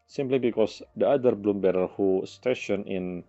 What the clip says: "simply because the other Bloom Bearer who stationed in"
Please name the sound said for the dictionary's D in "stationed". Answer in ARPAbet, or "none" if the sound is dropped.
none